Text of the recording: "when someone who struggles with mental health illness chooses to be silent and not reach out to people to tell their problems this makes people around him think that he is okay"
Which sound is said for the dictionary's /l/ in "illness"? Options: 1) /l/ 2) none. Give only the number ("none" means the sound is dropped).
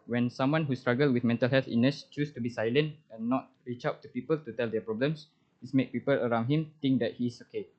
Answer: 2